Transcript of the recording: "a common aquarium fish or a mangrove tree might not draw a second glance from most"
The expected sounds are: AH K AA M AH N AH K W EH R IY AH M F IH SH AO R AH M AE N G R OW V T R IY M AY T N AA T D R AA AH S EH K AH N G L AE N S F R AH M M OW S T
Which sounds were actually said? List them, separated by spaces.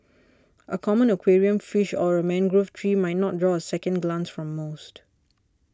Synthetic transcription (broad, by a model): AH K AA M AH N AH K W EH R IY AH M F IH SH AO R AH M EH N G R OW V T R IY M AY T N AA T D R AA AH S EH K AH N G L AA N S F R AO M M OW S T